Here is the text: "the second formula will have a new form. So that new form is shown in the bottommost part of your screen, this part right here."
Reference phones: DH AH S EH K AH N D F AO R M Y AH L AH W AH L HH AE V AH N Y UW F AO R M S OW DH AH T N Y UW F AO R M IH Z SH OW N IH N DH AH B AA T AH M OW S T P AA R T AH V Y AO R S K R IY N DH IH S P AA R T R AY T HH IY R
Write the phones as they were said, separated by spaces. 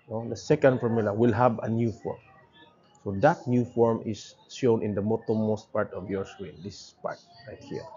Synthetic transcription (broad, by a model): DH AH S EH K AH N D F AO R M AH L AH W AH L HH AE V AH N Y UW F AO R M S OW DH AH T N Y UW F AO R M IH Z SH OW N IH N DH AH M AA T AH M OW S T P AA R T AH V Y AO R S R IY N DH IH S P AA R T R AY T HH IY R